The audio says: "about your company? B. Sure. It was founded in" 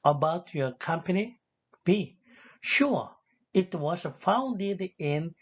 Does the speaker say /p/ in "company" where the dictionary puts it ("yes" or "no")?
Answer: yes